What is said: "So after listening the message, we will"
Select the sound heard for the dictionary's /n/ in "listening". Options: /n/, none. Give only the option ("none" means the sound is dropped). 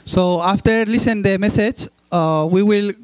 none